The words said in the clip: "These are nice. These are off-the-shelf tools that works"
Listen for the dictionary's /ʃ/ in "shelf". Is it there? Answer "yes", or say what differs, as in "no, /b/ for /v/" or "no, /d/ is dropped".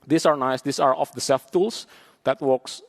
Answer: no, /s/ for /ʃ/